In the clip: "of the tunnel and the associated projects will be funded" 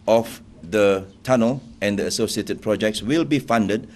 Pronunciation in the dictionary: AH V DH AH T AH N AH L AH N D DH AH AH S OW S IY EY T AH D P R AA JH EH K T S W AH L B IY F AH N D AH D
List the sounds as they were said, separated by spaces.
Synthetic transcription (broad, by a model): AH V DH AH T AH N AH L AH N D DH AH AH S OW S IY EY T AH D P R AA JH EH K T S W AH L B IY F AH N D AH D